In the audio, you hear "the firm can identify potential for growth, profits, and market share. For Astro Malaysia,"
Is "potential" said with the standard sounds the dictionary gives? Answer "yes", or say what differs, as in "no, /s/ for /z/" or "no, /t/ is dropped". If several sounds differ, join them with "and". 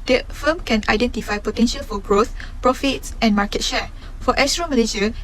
yes